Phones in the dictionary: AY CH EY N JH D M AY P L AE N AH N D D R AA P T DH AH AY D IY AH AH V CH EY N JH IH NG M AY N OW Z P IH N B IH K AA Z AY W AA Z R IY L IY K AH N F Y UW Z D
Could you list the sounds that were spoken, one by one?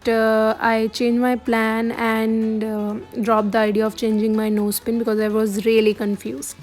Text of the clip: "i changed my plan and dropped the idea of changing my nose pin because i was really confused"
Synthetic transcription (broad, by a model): AY CH EY N JH M AY P L AE N AH N D D R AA P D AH AY D IY AH AH V CH EY N JH IH NG M AY N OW S P IH N B IH K AA Z AY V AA Z R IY L IY K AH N F Y UW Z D